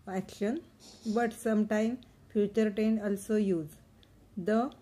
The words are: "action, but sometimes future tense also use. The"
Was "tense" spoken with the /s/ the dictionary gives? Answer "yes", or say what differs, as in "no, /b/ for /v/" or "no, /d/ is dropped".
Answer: no, /s/ is dropped